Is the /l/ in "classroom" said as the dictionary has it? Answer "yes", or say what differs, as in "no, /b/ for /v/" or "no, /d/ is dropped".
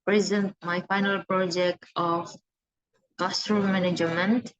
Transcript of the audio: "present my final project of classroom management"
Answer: no, /l/ is dropped